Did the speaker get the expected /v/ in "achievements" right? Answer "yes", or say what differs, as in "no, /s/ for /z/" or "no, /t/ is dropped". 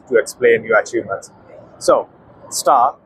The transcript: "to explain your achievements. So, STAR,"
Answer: no, /v/ is dropped